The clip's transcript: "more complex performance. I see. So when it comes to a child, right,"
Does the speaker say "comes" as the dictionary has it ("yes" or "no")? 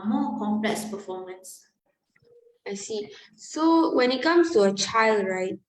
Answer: no